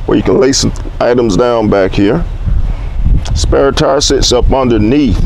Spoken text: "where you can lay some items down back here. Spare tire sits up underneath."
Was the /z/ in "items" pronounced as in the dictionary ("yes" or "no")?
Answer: yes